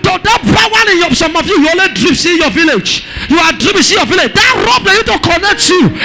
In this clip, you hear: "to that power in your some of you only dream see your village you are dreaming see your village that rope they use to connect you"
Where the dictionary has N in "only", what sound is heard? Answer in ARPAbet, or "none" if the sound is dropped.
none